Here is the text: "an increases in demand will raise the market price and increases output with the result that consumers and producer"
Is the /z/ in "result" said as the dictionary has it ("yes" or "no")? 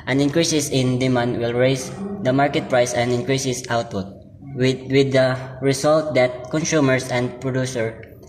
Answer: no